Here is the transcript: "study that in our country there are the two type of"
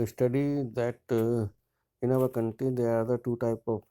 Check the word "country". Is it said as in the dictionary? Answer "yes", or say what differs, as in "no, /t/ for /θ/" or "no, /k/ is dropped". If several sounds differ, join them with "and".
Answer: no, /ɹ/ is dropped